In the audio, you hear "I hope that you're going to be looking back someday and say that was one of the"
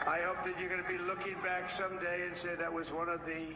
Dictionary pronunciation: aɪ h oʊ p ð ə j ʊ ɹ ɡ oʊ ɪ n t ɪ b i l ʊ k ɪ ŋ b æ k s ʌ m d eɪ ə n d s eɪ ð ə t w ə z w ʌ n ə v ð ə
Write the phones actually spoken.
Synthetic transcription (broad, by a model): aɪ h oʊ p ð ə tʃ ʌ ɹ ɡ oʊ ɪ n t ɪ b i l ʊ k ɪ ŋ b æ k s ʌ m d eɪ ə n s eɪ ð ə t w ə z w ʌ n ə v ð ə